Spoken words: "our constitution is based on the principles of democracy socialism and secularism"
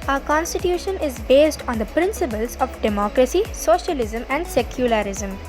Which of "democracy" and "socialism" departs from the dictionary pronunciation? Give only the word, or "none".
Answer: none